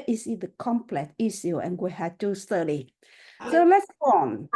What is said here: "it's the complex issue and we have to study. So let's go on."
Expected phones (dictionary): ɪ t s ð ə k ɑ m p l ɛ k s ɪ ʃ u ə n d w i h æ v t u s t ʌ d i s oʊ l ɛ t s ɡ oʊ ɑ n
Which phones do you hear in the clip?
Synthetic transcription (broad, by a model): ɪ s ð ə k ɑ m p l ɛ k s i s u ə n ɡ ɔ h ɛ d t u s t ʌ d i s oʊ l ɛ t s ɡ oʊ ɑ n